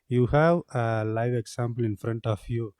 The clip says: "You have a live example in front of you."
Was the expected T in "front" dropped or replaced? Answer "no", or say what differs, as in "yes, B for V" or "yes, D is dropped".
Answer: no